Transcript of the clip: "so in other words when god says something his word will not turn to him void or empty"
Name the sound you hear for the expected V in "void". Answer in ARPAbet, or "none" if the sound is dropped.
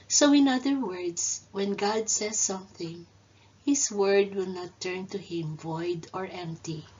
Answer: V